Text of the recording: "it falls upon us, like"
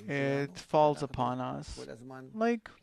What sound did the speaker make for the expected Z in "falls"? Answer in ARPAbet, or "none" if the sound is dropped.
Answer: Z